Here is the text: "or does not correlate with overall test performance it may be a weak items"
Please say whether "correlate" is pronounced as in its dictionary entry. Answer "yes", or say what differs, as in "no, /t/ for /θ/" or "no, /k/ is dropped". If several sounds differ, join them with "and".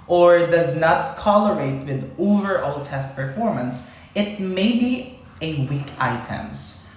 no, /l/ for /ɹ/